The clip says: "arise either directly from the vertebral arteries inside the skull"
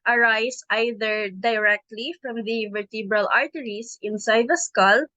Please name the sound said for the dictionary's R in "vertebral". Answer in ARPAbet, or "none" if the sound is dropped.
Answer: R